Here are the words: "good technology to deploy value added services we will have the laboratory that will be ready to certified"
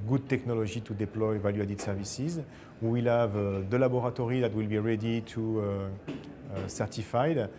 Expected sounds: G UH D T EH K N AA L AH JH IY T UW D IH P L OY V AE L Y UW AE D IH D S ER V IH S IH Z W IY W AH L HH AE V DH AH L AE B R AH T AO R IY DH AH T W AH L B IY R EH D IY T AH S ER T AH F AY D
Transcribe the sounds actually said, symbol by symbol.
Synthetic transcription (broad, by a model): G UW D T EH K N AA L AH ZH IY T UW D IH P L OY V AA L Y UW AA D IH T S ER V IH S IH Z W IY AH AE V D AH L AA B R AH T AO R IY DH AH T W AH L B IY R EH D IY T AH S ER T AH F AY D